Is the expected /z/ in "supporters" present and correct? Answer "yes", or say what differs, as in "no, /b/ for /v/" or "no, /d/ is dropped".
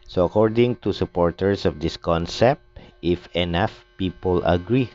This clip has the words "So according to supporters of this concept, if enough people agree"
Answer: no, /s/ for /z/